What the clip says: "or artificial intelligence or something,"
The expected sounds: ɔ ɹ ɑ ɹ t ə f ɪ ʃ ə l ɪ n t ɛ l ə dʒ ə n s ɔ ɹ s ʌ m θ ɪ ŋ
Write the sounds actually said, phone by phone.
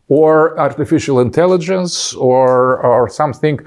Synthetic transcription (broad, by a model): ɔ ɹ ɑ ɹ t ə f ɪ ʃ ə l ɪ n t ɛ l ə dʒ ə n s ɔ ɹ s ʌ m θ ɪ ŋ